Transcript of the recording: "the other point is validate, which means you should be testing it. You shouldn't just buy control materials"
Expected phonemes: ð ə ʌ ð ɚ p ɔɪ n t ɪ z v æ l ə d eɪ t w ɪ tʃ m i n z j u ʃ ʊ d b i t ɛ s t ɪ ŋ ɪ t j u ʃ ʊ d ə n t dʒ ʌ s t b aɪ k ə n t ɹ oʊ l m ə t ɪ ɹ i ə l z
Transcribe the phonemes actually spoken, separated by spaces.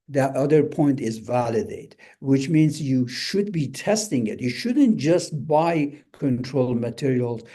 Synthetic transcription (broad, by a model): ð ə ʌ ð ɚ p ɔɪ n t ɪ z v æ l ə d eɪ t w ɪ tʃ m i n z j u ʃ ʊ d b i t ɛ s t ɪ ŋ ɪ t j u ʃ ʊ d ə n t dʒ ʌ s t b aɪ k ə n t ɹ oʊ l m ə t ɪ ɹ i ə l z